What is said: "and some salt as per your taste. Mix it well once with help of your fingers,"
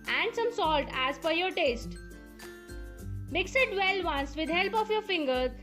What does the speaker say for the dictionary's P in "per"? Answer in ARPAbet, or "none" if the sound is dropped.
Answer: F